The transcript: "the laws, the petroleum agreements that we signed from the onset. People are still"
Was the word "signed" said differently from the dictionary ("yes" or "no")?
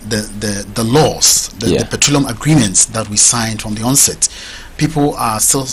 no